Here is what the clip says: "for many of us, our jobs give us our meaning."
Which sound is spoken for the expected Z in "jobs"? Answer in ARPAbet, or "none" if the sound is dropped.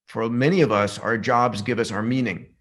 Z